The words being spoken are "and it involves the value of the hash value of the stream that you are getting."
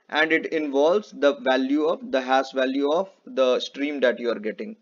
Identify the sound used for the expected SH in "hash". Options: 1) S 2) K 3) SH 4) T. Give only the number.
1